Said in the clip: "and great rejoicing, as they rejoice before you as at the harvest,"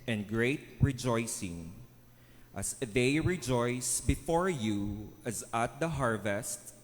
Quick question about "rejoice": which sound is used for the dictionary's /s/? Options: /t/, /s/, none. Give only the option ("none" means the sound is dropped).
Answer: /s/